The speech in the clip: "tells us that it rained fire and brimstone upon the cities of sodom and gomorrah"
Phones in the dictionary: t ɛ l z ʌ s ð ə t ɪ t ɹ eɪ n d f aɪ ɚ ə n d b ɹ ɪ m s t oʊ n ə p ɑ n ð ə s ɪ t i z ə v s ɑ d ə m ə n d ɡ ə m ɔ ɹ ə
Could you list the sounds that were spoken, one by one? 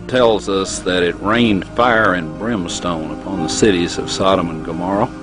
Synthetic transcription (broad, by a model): t ɛ l z ʌ s ð ə t ɪ t ɹ eɪ n d f aɪ ɚ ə n b ɹ ɪ m s t oʊ n ə p ɑ n ð ə s ɪ t i z ə v s ɑ d ə m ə n ɡ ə m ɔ ɹ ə